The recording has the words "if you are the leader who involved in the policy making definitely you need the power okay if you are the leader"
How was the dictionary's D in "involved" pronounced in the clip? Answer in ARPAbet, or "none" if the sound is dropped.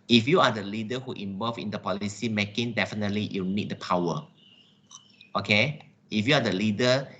none